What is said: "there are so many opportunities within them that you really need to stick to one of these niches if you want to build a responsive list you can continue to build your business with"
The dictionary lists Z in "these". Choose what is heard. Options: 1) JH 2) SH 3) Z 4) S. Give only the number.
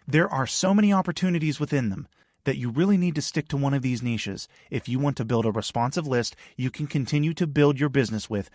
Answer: 3